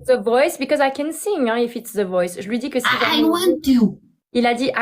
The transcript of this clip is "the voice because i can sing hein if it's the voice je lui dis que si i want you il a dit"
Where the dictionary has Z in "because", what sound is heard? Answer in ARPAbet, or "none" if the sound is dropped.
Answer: Z